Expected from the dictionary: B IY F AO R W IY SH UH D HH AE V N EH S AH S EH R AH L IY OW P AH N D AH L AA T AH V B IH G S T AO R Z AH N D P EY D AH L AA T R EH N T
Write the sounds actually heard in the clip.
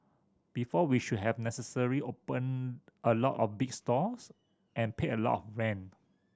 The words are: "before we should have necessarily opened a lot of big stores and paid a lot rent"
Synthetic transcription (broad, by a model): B IY F AO W IY SH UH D HH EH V N EH S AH S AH R IY OW P AH N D AH L AA T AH F B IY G S T AO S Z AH N P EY AH L AA T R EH N